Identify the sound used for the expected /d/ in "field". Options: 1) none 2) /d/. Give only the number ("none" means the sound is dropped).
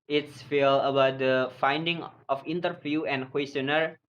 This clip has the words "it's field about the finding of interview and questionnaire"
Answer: 1